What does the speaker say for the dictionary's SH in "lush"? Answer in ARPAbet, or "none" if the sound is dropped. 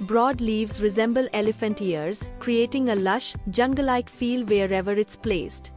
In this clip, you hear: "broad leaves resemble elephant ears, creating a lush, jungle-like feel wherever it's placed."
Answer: SH